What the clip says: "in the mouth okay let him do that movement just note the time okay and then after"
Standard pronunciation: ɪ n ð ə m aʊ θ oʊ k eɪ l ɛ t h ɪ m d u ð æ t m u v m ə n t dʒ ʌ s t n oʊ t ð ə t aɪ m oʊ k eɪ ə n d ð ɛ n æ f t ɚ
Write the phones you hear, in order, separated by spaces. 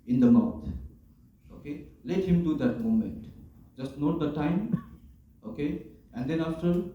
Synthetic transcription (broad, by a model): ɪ n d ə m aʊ t oʊ k eɪ l ɛ t h ɪ m d u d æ t m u m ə n t dʒ ʌ s t n oʊ t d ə t aɪ m oʊ k eɪ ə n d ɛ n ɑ f t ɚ